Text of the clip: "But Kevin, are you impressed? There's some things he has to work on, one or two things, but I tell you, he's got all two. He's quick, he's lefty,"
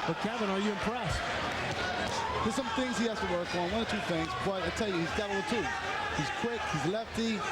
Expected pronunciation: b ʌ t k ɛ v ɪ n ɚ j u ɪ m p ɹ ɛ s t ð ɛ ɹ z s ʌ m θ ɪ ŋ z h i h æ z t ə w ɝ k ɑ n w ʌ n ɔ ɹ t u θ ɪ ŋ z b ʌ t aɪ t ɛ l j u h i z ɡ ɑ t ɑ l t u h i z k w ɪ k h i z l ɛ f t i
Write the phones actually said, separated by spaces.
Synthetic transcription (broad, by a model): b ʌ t k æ b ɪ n ɚ j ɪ ɪ m p ɹ ɛ s t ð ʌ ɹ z s ʌ m θ ɪ ŋ z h i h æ s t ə w ɝ k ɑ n w ʌ n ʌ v t u θ ɪ ŋ z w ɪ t aɪ t ɛ l j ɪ h i z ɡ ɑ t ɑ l t u h i z k w ɪ k h i z l ɛ f t i